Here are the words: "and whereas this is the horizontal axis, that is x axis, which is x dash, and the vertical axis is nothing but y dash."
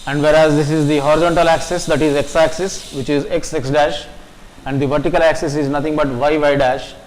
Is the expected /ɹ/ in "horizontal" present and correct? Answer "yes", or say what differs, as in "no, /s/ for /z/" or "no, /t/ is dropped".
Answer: yes